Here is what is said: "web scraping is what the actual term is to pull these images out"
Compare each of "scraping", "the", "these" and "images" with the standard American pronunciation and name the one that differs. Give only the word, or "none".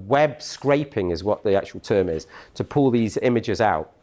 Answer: none